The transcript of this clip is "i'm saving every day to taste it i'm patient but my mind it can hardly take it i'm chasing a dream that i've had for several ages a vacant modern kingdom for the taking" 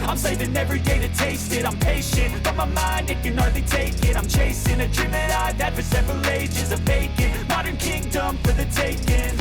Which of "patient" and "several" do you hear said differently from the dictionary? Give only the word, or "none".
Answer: none